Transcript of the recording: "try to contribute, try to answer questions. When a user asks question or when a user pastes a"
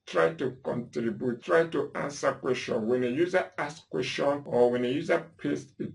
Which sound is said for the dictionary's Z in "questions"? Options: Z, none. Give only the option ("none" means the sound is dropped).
none